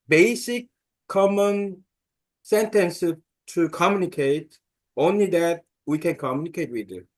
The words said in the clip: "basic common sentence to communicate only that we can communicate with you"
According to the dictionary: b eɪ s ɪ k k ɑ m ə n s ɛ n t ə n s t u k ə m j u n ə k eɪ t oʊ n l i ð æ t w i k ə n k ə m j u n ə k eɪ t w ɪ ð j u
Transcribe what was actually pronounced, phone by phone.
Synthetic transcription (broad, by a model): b eɪ s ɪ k k ɑ m ə n s ɛ n t ə n s t u k ə m j u n ə k eɪ t oʊ n l i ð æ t w i k ə n k ə m j u n ə k eɪ t w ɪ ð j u